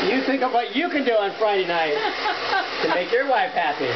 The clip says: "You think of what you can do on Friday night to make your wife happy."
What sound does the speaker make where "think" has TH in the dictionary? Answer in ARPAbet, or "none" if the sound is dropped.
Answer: TH